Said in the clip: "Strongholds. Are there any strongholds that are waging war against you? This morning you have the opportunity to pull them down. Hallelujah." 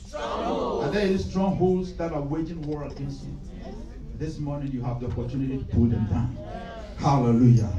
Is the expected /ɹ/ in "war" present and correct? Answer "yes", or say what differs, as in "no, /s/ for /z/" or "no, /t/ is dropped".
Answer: yes